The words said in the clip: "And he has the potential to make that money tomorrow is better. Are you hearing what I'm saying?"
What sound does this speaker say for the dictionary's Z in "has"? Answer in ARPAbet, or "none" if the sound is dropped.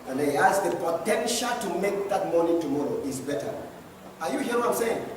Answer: S